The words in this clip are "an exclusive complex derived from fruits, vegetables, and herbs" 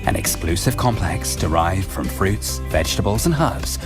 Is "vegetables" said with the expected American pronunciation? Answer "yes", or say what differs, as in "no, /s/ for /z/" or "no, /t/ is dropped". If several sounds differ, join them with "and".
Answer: yes